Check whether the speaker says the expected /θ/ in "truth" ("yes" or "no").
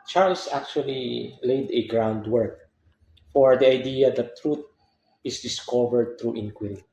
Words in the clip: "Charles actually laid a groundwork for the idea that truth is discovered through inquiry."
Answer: no